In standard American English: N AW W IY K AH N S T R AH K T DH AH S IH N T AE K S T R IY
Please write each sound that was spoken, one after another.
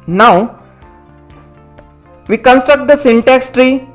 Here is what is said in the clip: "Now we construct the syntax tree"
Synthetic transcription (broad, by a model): N AW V IY K AH N S T R AH K T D AH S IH N T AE K S T R IY